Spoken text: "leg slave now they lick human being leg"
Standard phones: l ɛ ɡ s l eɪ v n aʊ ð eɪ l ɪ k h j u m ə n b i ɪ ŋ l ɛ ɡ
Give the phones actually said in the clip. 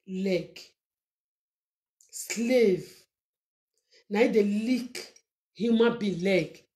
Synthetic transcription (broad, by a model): l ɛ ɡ s l eɪ v n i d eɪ l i k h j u m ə b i l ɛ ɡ